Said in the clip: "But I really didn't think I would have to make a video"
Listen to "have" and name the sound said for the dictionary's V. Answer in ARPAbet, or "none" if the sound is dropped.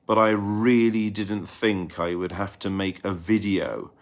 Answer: F